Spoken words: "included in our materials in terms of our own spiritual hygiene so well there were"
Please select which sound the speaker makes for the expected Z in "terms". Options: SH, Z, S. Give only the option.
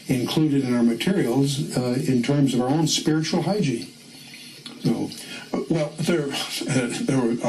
Z